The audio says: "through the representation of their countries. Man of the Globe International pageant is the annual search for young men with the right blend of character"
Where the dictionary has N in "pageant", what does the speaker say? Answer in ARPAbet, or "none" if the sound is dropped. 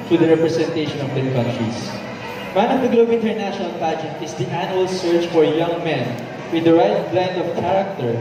none